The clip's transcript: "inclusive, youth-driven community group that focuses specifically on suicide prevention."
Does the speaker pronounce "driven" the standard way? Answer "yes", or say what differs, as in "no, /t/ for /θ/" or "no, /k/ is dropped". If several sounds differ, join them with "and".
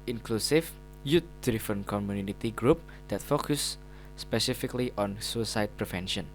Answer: no, /f/ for /v/